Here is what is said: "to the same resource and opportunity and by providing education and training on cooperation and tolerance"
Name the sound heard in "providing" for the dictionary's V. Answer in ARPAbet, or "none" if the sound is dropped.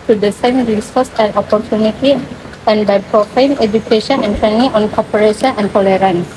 F